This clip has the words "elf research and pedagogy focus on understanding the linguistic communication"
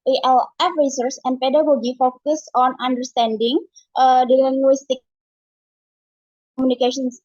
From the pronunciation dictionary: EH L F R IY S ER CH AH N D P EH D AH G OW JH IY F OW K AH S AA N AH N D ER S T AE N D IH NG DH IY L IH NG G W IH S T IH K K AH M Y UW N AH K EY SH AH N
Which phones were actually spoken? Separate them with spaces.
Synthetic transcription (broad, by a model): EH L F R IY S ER S AH N D P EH D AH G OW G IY F OW K AH S AA N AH N D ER S T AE N D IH NG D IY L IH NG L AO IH S T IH K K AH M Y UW N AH K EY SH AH N